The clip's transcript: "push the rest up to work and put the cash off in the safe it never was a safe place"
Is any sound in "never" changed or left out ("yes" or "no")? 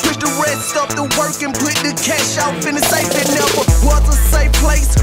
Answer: yes